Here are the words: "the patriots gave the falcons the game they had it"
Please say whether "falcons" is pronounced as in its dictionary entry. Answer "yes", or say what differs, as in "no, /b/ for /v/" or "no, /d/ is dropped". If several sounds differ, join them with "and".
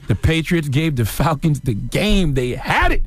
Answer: yes